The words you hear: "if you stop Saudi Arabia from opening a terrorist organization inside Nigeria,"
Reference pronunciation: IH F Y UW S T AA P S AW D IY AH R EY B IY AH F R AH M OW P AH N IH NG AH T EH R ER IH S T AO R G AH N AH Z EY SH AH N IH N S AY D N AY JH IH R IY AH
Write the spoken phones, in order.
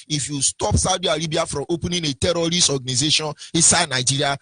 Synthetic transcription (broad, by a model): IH F Y UW S T AA P S AW D IY AH R EY B IY AH F R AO M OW P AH N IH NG AH T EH R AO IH S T AO G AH N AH Z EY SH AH N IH S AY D N AY JH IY R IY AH